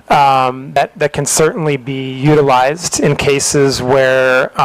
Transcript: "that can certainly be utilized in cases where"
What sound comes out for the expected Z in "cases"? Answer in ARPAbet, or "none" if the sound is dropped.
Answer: Z